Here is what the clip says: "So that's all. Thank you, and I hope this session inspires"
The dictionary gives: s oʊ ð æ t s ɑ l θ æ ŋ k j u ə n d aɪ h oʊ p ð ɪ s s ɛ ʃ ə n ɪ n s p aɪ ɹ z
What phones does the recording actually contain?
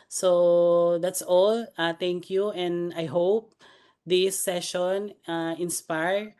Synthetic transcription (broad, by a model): s oʊ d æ t s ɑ l t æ ŋ k j u ə n d aɪ h oʊ p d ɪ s s ɛ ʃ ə n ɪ n s p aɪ ɹ